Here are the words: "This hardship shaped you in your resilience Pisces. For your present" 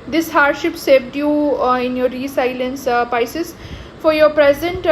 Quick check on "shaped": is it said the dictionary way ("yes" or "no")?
no